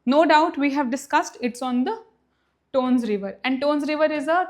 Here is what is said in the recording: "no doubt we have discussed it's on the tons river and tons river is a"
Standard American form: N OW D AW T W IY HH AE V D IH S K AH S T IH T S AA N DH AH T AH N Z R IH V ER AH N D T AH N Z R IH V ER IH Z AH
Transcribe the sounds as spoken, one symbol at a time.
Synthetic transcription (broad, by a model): N OW D AW T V IY HH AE V D IH S K AH S T IH T S AA N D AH T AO N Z R IH V ER AH N D T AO N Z R IH V ER IH Z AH